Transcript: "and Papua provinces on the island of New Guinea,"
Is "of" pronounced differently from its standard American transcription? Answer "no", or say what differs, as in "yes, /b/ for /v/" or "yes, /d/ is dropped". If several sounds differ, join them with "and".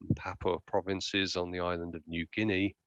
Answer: no